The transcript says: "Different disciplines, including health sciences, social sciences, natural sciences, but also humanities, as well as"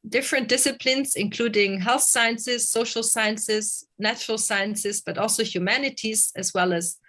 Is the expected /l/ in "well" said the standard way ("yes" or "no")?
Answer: yes